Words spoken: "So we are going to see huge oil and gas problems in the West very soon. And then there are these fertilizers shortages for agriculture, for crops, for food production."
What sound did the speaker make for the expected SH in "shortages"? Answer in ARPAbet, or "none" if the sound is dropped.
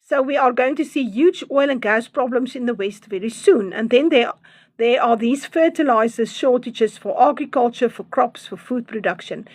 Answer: SH